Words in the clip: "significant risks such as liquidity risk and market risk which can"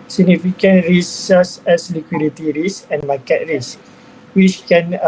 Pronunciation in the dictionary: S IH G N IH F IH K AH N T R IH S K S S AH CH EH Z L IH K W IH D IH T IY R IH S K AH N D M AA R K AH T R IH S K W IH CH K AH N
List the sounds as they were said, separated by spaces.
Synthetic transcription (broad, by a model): S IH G N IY F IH K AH N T R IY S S S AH S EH S L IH K W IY D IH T IY R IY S AH N M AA K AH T R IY S W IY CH K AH N